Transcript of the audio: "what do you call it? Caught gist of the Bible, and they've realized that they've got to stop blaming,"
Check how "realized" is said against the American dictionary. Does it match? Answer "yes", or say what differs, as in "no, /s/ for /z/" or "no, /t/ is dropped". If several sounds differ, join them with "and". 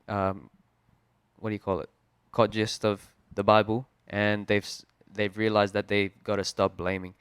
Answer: yes